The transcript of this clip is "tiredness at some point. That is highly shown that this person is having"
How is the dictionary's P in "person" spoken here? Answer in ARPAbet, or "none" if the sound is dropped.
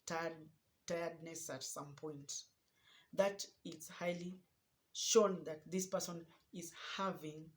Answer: P